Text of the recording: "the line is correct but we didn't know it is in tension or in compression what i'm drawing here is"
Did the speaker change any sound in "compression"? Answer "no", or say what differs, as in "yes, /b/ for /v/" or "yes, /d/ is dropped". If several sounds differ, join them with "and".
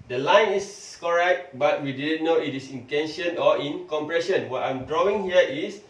no